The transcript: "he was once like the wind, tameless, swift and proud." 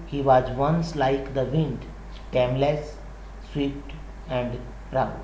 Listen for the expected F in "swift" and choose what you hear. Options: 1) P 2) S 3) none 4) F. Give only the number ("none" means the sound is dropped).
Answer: 1